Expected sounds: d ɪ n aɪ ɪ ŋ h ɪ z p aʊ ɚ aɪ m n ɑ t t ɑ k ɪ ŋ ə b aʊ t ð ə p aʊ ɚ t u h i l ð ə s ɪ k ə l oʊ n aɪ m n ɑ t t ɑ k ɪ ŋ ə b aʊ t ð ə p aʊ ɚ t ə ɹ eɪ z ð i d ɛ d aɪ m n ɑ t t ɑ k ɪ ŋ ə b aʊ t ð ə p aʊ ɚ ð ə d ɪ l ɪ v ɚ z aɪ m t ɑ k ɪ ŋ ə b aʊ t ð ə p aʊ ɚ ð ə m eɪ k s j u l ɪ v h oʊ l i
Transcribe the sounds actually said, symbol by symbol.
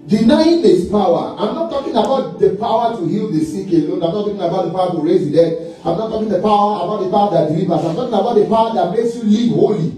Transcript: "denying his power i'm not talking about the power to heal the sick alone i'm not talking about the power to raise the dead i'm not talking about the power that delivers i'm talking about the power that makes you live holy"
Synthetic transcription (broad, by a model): d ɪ n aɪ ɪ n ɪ s p aʊ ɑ aɪ m n ɑ t t ɑ k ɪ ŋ ə b aʊ t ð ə p aʊ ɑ t u h i l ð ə s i k ə l oʊ n aɪ m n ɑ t t ɑ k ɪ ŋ ə b aʊ t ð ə p aʊ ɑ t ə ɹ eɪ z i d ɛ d aɪ m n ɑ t t ɑ k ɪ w ə b aʊ t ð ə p aʊ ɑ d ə d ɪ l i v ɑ s aɪ m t ɑ k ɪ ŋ ə b aʊ t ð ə p aʊ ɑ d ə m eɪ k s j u l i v h oʊ l i